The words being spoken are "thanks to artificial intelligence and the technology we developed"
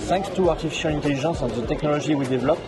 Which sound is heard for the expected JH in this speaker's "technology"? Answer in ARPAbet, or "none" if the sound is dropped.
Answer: ZH